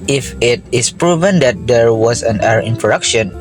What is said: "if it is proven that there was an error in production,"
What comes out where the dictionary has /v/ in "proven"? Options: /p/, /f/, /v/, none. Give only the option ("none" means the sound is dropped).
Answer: /v/